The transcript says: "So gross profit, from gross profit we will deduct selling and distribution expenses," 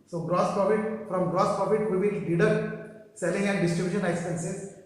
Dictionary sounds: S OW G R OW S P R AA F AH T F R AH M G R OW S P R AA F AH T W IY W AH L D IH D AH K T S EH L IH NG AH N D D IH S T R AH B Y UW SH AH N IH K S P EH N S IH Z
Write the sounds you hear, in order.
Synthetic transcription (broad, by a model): S OW G R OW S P R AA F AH T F R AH M G R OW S P R AA F AH T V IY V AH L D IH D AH T S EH L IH NG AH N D D IH S T R AH B Y UW SH AH N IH K S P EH N S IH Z